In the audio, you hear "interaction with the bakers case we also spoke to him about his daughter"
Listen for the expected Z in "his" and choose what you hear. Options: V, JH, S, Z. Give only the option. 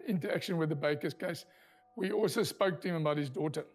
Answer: Z